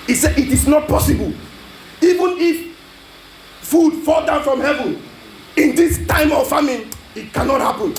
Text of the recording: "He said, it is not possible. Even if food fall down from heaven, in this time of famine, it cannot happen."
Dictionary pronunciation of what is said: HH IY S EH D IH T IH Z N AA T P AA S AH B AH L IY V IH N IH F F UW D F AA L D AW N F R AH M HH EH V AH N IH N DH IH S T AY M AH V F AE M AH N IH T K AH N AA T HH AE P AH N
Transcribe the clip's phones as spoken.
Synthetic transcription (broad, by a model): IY S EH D IH T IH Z N AA T P AA S AH B AH L IY V IH N IH F F UW D F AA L D AW N F R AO M HH EH V AH N IH N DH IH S T AY M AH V F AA M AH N IH T K AH N AA T HH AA P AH N